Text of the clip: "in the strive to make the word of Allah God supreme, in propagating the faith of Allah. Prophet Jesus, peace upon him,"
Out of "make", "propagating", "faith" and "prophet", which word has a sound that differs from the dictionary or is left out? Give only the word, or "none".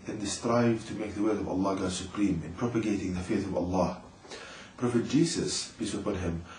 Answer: none